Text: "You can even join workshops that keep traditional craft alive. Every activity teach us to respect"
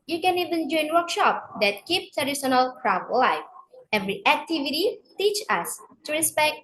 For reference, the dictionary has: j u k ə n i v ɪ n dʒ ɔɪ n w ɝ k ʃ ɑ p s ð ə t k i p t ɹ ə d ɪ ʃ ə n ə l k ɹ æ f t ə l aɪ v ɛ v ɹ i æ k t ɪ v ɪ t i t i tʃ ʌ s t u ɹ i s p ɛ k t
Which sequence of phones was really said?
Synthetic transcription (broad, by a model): j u k ə n i v ɪ n dʒ ɔɪ n w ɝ k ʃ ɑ p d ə t k i p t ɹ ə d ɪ s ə n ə l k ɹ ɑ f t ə l aɪ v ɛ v ɹ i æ k t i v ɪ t i t i tʃ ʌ s t u ɹ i s p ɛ k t